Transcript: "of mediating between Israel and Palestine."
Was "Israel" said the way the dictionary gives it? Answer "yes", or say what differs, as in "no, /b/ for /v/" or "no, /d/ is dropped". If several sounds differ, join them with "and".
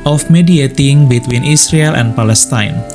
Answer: no, /s/ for /z/